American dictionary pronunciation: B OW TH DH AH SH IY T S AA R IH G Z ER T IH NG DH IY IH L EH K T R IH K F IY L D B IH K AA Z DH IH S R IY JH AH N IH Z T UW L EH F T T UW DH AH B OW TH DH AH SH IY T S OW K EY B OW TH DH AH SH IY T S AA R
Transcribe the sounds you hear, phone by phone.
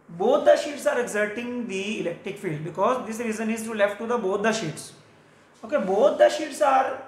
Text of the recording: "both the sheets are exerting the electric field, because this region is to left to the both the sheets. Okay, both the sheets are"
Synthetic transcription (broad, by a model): B OW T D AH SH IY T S AA R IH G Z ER T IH NG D IY IH L EH K T R IH K F IY L D B IH K AA Z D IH S R IY Z AH N IH Z T UW L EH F T T UW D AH B OW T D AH SH IY T S OW K EY B OW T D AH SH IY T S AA R